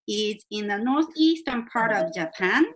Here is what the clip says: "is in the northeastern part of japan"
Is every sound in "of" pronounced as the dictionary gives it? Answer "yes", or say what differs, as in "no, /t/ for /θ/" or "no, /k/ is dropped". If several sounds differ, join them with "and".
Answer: yes